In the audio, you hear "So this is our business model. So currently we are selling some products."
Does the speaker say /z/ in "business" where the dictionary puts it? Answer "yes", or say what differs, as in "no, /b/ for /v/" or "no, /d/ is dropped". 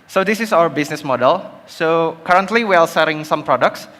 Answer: no, /s/ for /z/